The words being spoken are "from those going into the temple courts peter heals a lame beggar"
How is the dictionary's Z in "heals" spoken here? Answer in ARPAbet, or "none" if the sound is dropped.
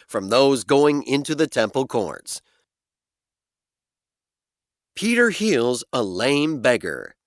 Z